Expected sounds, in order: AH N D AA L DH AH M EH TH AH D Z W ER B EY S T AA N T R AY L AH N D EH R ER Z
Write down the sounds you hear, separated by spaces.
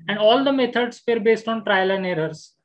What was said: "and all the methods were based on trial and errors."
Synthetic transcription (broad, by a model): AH N D AA L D AH M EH T AH D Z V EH B EY S T AA N T R AY L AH N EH R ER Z